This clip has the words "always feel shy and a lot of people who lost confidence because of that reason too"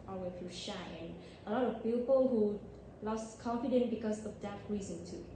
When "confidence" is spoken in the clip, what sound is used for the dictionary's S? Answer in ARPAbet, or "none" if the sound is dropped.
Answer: none